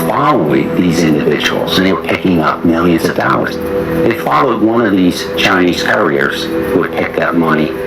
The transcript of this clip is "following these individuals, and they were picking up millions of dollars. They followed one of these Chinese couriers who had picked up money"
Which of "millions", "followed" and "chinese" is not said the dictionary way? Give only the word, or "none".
none